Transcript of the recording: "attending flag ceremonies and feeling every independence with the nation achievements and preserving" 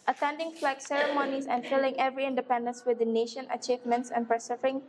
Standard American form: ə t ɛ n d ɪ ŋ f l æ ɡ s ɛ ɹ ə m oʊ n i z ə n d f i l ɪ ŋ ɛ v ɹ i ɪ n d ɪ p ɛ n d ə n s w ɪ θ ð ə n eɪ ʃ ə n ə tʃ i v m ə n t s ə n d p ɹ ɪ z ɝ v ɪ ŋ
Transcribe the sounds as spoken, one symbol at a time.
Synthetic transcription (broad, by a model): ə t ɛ n d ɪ ŋ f l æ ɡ s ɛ ɹ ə m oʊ n i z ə n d f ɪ l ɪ ŋ ɛ v ɹ i ɪ n d ɪ p ɛ n d ə n s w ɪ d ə n eɪ ʃ ə n ə tʃ i v m ə n t s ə n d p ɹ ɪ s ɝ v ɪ ŋ